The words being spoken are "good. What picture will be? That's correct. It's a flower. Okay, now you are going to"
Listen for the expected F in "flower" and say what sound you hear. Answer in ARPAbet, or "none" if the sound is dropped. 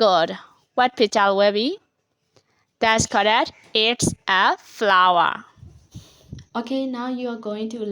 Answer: F